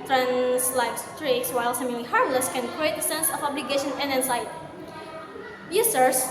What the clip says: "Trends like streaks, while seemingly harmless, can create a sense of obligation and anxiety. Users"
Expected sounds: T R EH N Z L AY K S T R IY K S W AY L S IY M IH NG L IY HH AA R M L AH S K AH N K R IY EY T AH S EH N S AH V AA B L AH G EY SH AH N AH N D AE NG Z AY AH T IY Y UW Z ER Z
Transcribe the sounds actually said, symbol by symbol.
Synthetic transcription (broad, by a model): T R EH N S L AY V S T R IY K S W AY L S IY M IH L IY HH AA R M L AH S K AH N K R IY EY T AH S EH N S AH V AA B L AH G EY SH AH N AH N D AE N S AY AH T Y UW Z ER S